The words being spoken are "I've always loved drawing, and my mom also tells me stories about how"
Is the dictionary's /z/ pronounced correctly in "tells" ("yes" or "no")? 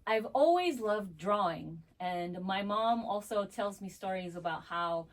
yes